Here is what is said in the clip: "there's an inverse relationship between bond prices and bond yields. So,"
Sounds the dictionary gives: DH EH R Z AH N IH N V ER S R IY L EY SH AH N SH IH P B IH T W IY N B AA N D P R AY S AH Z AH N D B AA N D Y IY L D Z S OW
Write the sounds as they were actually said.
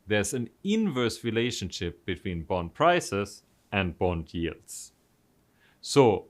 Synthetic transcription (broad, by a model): DH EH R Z AH N IH N V ER S R IY L EY SH AH N SH IH P B IH T W IY N B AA N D P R AY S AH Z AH N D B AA N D Y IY L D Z S OW